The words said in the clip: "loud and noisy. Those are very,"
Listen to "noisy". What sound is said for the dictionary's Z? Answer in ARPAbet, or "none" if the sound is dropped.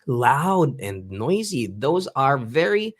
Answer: Z